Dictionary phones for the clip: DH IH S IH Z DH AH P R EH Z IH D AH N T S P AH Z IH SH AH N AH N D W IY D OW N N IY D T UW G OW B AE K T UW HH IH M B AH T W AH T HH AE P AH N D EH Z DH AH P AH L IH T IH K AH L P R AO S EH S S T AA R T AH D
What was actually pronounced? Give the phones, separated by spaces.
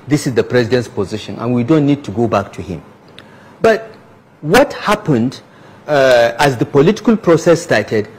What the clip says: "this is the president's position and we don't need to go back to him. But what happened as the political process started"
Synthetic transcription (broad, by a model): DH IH S IH Z DH AH P R EH Z IH D AH N T S P AH Z IH SH AH N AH N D W IY D OW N N IY D T UW G OW B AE K T UW HH IH M B AH T W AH T HH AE P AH N D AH Z DH AH P AH L IH T IH K AH L P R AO S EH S S T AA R T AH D